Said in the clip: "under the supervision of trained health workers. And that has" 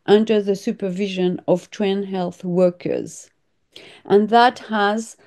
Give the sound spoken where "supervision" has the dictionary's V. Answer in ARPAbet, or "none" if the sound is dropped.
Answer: V